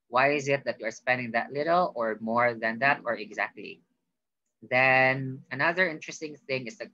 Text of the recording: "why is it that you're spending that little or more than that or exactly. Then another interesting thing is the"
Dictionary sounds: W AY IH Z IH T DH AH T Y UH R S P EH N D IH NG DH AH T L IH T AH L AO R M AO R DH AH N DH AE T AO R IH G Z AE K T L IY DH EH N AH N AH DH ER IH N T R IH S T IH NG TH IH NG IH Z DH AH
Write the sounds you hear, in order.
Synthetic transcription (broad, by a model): W AY IH Z IH T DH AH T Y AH R S P EH N D IH NG DH AH T L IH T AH L AO R M AO R DH AH N DH AE T AO R IH G Z AE K T L IY DH EH N AH N AH DH ER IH N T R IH S T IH NG TH IH NG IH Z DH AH